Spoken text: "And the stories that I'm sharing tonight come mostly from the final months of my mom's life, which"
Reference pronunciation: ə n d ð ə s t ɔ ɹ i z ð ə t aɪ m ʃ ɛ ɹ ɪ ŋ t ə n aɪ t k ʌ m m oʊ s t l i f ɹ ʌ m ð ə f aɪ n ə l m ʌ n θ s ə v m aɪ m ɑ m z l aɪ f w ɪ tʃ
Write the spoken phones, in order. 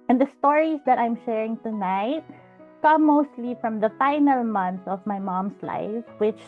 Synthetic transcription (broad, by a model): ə n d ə s t ɔ ɹ i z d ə t aɪ m ʃ ɛ ɹ ɪ ŋ t ə n aɪ t k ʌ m m oʊ s t l i f ɹ ʌ m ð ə f aɪ n ə l m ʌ n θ ə v m aɪ m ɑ m s l aɪ f w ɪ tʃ